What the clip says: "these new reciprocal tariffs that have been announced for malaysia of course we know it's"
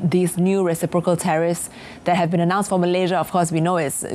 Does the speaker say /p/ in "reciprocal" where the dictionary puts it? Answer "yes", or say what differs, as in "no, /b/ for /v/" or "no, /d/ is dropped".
yes